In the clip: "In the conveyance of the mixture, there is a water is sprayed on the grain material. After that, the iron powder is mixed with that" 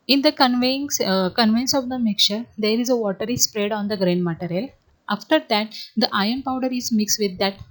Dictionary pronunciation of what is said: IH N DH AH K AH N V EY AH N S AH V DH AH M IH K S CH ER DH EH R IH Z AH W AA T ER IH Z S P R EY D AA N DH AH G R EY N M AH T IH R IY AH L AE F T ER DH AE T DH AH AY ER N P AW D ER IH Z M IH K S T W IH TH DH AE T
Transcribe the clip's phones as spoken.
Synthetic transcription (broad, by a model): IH N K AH K AH N V EY AH N S AH V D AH M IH K CH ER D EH R IH Z AH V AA T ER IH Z S P R EY D AA N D AH G R EY N M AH T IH R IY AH L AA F T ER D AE T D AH AY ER N P AW D ER IH Z M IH K S T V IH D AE T